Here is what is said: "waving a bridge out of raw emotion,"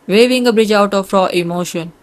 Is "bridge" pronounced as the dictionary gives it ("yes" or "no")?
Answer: yes